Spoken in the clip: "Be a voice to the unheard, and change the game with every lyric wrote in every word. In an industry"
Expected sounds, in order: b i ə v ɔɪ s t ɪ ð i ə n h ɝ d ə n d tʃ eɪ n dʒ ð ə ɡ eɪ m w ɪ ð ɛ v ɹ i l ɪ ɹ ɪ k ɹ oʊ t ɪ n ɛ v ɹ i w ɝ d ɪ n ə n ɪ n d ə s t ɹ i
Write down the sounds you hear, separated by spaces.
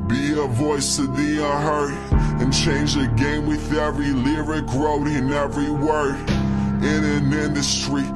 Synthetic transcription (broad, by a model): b i ə v ɔɪ s t ɪ ð i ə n h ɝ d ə n tʃ eɪ n dʒ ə ɡ eɪ m w ɪ ð ɛ v ɹ i l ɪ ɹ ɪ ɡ ɹ oʊ t ɪ n ɛ v ɹ i w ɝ ɪ n ə n ɪ n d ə s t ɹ i